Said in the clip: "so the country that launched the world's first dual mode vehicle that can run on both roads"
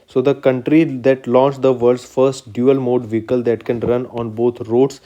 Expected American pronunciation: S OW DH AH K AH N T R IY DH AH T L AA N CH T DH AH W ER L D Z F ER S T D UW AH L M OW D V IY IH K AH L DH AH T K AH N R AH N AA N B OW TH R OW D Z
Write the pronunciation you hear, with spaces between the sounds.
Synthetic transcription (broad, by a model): S OW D AH K AH N T R IY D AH T L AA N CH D AH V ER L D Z F ER S T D UW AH L M OW D V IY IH K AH L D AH T K AH N R AH N AA N B OW T R OW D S